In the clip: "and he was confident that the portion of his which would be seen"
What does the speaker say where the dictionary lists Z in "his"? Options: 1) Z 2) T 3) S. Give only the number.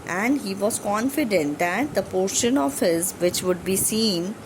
1